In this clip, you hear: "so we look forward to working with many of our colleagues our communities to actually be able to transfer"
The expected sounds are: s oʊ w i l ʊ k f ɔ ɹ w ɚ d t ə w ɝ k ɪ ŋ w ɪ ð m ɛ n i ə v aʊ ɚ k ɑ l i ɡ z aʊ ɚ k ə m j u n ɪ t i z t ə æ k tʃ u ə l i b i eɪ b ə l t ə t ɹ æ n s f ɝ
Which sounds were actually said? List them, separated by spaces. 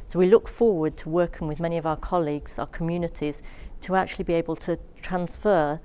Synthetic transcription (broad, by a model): s oʊ w i l ʊ k f ɔ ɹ w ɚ d t ə w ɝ k ɪ ŋ w ɪ ð m ɛ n i ə v aʊ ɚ k ɑ l i ɡ z aʊ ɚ k ə m j u n ɪ t i z t ə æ k tʃ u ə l i b i eɪ b ə l t ə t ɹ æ n s f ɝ